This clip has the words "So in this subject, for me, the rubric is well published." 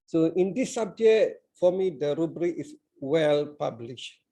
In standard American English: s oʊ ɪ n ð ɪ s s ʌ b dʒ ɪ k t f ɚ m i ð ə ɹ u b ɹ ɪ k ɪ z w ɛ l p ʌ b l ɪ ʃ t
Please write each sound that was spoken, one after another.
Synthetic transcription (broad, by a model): s oʊ ɪ n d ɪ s s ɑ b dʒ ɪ t f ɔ m i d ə ɹ u b ɹ ɪ k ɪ s w ɛ l p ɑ b l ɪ ʃ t